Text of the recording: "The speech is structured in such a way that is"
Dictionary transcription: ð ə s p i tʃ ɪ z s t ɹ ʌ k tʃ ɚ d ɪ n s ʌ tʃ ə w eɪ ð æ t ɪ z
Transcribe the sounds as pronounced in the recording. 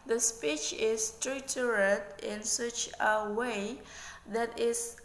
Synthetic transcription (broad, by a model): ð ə s p i tʃ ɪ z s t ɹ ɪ tʃ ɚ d ɪ n s ʌ tʃ ə w eɪ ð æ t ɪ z